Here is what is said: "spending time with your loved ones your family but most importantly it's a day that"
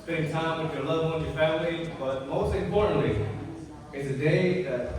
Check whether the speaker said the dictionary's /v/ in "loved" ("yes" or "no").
no